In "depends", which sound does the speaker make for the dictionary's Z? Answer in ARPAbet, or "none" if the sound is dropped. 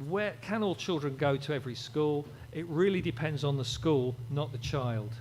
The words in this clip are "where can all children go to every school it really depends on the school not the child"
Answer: Z